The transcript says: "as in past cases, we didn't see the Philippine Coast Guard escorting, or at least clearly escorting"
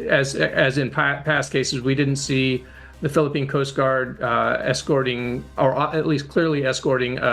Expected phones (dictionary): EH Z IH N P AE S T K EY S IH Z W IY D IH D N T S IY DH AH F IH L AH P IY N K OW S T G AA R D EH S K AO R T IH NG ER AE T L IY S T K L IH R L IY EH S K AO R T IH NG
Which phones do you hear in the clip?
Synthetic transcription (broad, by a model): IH Z IH N P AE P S K EY S IH Z W IY D IH D N T S IY DH AH F IH L AH P IY N K OW S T G AA R D EH S K AO R T IH NG ER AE T L IY S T K L IH R L IY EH S K AO R T IH NG